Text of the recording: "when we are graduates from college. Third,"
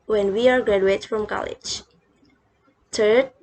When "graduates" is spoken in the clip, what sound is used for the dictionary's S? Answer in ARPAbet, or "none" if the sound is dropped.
none